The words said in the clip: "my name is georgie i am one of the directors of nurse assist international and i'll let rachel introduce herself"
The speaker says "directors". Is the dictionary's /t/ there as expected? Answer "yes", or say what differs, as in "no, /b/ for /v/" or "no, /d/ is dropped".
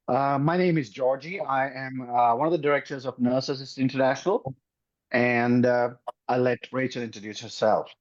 yes